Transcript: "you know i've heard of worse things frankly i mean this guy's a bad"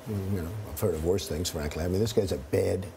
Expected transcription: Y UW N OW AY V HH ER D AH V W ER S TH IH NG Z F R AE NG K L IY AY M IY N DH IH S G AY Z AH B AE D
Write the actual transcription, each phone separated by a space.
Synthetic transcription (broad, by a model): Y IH N OW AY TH ER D AH V W ER S TH IH NG Z F R AE NG K L IY AY M IY N DH IH S G AY Z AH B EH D